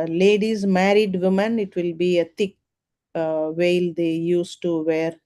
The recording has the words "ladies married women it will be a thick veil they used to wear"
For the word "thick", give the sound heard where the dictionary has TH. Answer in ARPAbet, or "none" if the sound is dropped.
T